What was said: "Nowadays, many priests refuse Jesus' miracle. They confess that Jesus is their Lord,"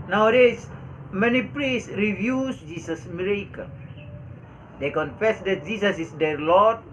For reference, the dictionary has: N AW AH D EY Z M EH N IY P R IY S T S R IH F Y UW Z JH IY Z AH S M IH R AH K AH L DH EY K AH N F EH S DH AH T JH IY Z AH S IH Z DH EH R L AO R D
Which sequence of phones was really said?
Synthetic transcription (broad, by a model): N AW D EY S M EH N IY P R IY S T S R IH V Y UW S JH IY S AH S M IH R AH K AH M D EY K AH N F EH S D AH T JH IY S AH S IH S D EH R L AO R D